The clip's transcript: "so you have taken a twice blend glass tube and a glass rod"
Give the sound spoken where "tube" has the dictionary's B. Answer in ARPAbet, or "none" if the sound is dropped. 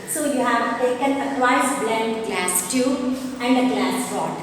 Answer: none